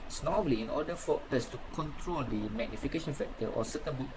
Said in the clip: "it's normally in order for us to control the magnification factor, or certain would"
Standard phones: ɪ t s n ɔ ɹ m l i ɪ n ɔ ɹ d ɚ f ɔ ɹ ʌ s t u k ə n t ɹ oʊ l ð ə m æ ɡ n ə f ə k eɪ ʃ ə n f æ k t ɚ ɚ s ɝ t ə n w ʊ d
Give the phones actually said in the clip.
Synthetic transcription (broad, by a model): s n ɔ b l i ɪ n ɔ d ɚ f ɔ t ʌ s t u k ə n t ɹ oʊ l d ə m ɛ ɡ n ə f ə k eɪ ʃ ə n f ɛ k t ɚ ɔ s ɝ t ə n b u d